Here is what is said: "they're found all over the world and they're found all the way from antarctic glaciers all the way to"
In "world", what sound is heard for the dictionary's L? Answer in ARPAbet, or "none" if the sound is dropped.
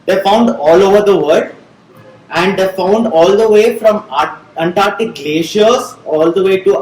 none